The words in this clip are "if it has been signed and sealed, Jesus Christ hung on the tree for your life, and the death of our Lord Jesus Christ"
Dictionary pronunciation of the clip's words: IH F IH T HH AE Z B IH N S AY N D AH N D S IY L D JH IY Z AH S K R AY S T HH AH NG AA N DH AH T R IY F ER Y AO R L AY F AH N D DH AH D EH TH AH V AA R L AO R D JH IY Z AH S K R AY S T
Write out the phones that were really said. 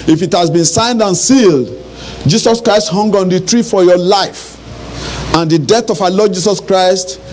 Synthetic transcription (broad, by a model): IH F IH T HH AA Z B IH N S AY N D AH N S IY L D JH IY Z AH S K R AY S T HH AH NG AA N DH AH T R IY F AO Y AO L AY F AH N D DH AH D EH TH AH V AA L AO D JH IY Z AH S K R AY S T